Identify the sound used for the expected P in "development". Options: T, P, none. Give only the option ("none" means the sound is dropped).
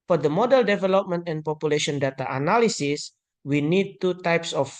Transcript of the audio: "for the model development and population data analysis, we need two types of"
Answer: P